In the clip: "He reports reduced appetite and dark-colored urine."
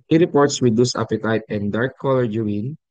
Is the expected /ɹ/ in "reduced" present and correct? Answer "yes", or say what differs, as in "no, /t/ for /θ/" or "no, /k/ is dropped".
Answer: no, /w/ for /ɹ/